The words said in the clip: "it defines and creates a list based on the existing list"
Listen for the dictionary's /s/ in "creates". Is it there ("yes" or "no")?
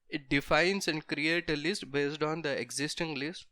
no